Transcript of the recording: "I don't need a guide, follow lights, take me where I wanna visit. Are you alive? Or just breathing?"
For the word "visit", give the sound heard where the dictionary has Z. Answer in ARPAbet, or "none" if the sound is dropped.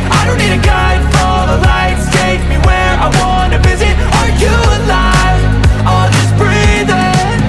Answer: Z